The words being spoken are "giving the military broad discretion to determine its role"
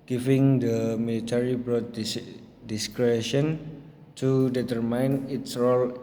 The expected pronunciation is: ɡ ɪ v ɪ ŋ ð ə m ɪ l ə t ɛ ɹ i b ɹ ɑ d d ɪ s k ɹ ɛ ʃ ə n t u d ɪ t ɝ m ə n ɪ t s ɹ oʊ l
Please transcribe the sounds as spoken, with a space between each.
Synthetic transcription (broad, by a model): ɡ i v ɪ ŋ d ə m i l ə t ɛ ɹ i b ɹ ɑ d d ɪ s k ɹ ɛ ʃ ə n t u d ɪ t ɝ m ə n ɪ t s ɹ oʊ l